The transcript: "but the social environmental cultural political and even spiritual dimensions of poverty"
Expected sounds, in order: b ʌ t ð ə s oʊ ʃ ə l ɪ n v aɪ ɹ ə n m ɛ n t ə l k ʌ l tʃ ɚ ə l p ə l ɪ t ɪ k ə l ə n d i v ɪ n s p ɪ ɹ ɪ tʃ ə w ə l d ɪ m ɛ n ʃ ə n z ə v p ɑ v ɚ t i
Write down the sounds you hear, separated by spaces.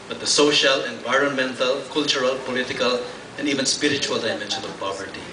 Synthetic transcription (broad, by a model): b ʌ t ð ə s oʊ ʃ ə l ɪ n v aɪ ɹ ə n m ɛ n t ə l k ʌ l tʃ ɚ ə l p ə l ɪ t ɪ k ə l ə n d i v ɪ n s p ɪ ɹ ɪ tʃ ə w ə l d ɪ m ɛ n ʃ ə n ə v p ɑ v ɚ t i